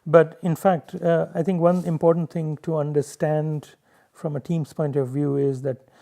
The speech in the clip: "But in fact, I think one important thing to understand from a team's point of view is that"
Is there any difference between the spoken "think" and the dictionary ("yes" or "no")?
yes